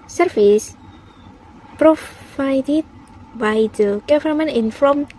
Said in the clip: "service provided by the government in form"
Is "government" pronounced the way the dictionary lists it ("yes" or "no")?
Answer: no